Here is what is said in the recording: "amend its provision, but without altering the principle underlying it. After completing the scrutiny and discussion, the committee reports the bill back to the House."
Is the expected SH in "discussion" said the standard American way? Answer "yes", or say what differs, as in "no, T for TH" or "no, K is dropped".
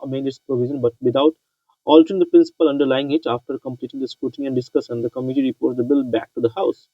no, S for SH